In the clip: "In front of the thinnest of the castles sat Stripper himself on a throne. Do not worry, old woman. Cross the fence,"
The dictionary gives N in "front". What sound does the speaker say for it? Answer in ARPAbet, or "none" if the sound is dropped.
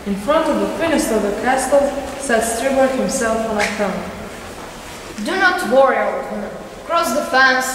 N